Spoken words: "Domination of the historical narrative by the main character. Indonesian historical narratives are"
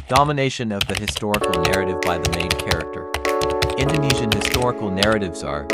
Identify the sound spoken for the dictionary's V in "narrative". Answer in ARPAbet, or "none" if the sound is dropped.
V